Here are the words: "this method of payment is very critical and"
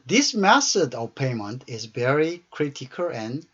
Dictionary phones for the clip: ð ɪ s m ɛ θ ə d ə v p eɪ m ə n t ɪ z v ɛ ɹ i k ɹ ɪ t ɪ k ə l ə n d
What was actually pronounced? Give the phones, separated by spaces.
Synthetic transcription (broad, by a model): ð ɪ s m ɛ s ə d ə v p eɪ m ə n t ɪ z v ɛ ɹ i k ɹ ɪ t ɪ k ə l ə n